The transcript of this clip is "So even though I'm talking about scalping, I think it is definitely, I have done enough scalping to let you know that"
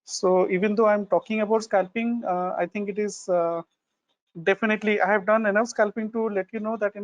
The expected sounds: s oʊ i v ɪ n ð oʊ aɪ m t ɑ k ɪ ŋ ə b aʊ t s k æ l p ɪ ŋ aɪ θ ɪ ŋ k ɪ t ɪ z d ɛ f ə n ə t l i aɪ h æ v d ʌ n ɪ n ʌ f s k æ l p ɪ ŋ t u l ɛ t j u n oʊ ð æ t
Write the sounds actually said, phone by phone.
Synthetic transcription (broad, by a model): s oʊ i v ɪ n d oʊ aɪ m t ɑ k ɪ ŋ ə b aʊ t s k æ l p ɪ ŋ aɪ t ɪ ŋ k ɪ t ɪ z d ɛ f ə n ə t l i aɪ h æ v d ʌ n ɪ n ʌ f s k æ l p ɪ ŋ t u l ɛ t j u n oʊ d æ t